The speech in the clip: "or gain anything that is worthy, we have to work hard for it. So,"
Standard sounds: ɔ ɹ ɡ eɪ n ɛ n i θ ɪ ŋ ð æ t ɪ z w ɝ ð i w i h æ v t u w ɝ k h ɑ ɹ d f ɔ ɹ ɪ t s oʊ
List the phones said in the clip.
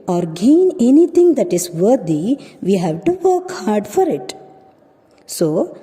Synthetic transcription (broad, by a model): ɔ ɹ ɡ eɪ n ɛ n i t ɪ ŋ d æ t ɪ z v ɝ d i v i h æ v t u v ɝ k h ɑ ɹ d f ɔ ɹ ɪ t s oʊ